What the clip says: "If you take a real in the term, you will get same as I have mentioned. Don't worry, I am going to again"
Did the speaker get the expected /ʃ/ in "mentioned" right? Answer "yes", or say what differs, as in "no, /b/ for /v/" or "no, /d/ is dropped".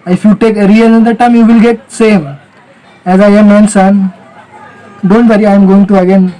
no, /s/ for /ʃ/